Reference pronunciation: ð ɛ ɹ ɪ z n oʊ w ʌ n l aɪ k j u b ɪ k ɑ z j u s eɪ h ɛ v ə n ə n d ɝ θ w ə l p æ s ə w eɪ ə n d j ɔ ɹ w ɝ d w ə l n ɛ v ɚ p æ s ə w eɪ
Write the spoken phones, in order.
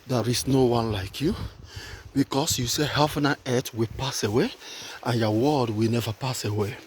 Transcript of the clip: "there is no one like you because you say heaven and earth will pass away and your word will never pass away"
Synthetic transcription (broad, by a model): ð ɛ ɹ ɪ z n oʊ w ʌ n l aɪ k j u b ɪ k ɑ s j u s eɪ h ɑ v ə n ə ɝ t w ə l p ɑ s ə w eɪ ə n j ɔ w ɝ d w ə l n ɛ v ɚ p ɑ s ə w eɪ